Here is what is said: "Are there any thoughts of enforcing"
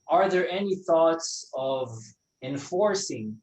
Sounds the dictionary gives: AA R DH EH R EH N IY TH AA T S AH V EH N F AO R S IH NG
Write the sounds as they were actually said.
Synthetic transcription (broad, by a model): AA R DH EH R EH N IY TH AA T S AH V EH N F AO R S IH NG